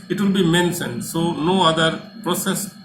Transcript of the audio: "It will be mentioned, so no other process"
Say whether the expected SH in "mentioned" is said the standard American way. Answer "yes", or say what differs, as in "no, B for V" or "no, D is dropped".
no, S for SH